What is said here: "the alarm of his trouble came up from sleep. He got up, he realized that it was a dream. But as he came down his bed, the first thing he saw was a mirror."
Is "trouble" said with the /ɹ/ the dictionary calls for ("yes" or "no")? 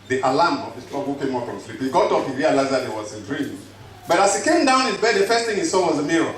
no